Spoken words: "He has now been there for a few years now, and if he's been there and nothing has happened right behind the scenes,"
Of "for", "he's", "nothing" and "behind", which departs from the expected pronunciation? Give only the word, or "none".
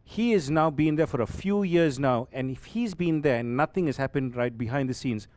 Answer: nothing